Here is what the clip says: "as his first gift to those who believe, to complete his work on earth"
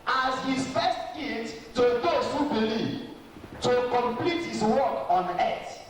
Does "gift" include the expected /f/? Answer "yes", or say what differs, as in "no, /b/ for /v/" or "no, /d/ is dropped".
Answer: no, /f/ is dropped